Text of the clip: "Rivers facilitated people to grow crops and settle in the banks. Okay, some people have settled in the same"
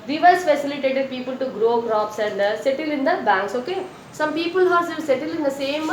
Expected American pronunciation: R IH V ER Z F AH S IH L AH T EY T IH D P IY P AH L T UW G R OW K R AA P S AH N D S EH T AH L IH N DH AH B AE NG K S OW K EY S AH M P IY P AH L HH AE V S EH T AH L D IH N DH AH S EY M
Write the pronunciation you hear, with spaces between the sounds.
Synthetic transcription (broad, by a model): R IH V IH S F AH S IH L AH T EY T IH D P IY P AH L T UW G R OW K R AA P S AH N D S EH T AH L IH N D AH B AE NG K S OW K EY S AH M P IY P AH L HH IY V S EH T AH L IH N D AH S EY M